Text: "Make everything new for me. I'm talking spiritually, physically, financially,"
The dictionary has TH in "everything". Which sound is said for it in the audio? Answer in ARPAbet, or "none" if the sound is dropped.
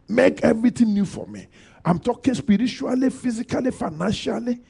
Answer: T